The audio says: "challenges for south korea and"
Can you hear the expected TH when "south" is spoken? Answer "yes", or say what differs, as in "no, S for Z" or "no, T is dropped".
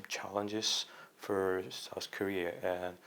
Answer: yes